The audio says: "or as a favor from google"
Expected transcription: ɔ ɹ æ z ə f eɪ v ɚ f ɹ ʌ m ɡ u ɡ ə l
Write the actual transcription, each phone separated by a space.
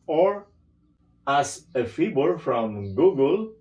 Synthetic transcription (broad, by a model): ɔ ɹ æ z ə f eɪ b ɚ f ɹ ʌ m ɡ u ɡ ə l